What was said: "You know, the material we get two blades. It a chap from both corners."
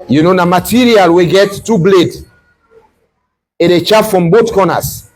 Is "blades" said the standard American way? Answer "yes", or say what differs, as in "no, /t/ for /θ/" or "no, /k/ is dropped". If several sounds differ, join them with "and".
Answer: no, /z/ is dropped